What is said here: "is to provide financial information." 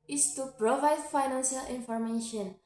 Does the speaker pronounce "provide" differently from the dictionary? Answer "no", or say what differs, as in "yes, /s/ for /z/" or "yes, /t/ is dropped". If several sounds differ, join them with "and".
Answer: no